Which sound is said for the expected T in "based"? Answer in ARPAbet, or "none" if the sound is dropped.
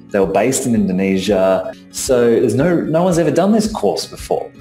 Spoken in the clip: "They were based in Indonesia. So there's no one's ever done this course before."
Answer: T